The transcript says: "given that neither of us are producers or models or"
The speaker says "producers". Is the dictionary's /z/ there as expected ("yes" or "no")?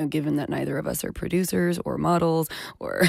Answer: yes